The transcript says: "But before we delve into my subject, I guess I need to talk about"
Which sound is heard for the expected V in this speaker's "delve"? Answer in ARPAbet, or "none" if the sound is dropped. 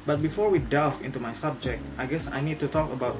F